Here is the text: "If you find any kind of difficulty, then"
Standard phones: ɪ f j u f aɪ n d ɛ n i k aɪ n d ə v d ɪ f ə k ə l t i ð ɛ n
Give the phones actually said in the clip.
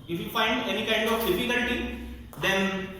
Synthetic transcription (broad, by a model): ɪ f j u f aɪ n d ɛ n i k aɪ n d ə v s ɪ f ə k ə n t i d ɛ n